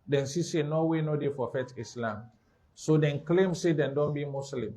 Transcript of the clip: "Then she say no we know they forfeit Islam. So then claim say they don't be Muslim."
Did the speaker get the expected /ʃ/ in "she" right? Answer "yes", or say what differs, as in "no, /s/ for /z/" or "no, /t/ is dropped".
no, /s/ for /ʃ/